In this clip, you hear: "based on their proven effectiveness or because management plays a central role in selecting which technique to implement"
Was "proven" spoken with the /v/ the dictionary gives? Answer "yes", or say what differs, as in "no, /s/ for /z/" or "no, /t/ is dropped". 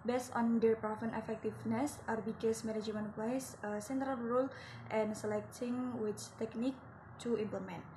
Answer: no, /f/ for /v/